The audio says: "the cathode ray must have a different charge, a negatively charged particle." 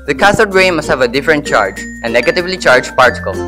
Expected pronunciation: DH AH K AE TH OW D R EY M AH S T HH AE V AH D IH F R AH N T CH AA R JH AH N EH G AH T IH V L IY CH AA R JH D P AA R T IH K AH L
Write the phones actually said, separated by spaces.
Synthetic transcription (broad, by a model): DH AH K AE S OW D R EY M AH S T HH AE V AH D IH F R AH N T CH AA R JH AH N EH G AH T IH V L IY CH AA R JH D P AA R T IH K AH L